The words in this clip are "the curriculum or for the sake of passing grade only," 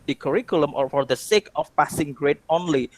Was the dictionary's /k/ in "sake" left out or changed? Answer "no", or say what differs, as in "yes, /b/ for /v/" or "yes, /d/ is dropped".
no